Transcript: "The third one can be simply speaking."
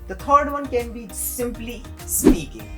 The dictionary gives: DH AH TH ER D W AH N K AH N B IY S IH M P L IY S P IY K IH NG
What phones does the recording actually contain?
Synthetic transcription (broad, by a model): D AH T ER D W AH N K AH N B IY S IH M P L IY S P IY K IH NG